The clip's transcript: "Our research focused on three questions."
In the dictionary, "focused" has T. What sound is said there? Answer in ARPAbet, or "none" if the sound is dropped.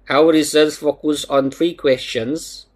none